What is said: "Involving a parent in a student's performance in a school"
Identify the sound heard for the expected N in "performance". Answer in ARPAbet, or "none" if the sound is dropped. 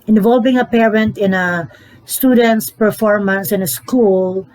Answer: N